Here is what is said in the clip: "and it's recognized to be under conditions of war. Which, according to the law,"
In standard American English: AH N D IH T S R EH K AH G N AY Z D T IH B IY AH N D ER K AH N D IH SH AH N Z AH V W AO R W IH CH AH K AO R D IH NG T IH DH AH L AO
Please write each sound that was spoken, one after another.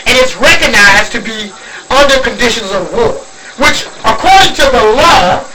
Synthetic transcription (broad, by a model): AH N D IH T S R EH K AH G N AY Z T IH B IY AH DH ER K AH N D IH SH AH N Z AH V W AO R W IH CH AH K AO R D IH NG T IH DH AH L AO